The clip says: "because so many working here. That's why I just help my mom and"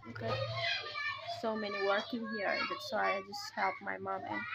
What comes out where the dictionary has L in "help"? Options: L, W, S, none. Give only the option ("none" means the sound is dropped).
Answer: L